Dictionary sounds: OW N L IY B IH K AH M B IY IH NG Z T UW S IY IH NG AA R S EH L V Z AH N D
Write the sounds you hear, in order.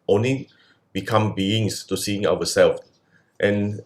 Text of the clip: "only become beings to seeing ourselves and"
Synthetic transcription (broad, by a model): OW N L IY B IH K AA M B IY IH NG S T UW S IY IH NG AA W S EH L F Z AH N